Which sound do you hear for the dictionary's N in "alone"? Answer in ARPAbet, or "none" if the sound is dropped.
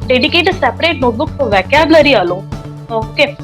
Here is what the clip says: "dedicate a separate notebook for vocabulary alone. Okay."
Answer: none